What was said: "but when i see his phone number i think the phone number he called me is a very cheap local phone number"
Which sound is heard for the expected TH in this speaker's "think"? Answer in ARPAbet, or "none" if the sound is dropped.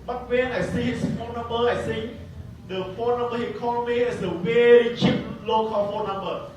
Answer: S